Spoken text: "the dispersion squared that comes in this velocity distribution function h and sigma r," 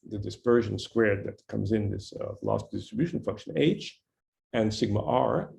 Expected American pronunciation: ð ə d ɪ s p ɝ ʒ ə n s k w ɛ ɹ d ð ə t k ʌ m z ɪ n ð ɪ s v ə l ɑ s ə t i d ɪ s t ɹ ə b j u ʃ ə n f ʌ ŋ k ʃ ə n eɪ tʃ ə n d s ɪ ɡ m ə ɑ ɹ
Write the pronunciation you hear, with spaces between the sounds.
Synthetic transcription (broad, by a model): ð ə d ɪ s p ɝ ʒ ə n s k w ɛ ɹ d ð ə t k ʌ m z ɪ n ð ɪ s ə l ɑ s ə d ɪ s t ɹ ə b j u ʃ n f ʌ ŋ k ʃ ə n eɪ tʃ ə n s ɪ ɡ m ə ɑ ɹ